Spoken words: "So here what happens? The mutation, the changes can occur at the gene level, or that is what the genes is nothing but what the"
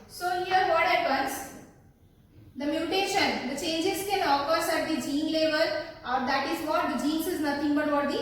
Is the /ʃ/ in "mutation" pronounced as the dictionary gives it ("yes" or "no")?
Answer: yes